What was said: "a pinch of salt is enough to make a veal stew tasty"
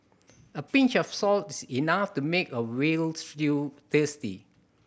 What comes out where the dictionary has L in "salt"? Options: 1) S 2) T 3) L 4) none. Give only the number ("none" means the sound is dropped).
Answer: 3